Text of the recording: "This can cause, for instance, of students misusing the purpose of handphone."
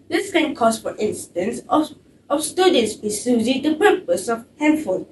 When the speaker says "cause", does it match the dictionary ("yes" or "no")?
no